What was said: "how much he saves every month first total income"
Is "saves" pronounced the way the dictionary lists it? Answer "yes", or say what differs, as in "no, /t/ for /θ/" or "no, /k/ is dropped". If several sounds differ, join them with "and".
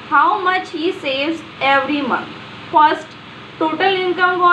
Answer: no, /v/ is dropped